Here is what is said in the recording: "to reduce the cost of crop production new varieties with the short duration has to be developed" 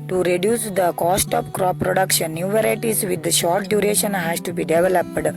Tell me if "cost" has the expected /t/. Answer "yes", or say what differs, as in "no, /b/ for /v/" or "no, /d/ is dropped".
yes